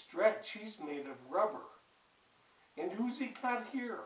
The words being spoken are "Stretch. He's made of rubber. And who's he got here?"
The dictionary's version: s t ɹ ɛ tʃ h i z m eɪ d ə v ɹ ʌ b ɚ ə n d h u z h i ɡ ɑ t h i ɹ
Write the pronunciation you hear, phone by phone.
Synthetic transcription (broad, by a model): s t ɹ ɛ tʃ h i z m eɪ d ə v ɹ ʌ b ɚ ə n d h u z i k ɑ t h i ɹ